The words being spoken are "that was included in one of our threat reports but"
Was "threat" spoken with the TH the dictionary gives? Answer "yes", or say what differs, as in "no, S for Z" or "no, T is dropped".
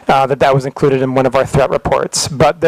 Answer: yes